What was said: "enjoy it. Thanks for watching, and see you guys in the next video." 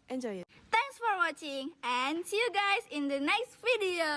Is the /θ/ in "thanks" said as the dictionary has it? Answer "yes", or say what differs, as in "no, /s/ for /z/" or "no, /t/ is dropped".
no, /t/ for /θ/